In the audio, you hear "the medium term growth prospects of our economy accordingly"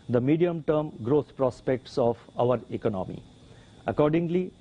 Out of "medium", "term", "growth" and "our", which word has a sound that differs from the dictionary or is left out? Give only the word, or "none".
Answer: growth